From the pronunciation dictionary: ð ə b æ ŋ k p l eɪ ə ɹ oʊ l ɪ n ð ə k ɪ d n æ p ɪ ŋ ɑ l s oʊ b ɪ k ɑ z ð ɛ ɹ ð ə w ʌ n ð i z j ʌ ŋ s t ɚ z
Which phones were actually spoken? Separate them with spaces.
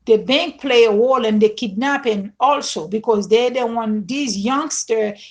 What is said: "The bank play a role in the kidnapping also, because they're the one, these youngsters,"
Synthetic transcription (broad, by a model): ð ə b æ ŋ k p l eɪ ə w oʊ l ɪ n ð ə k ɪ d n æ p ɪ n ɑ l s oʊ b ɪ k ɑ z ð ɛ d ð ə w ʌ n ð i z j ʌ ŋ s t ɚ